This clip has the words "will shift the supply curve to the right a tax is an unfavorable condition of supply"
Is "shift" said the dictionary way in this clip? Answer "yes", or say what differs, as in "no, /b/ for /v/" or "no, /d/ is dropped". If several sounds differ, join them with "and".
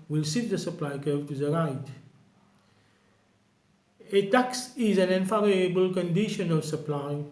no, /s/ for /ʃ/ and /f/ is dropped